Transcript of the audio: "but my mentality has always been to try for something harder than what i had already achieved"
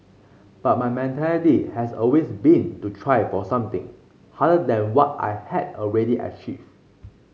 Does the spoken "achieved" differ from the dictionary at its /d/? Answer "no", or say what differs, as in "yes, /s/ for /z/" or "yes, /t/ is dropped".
yes, /d/ is dropped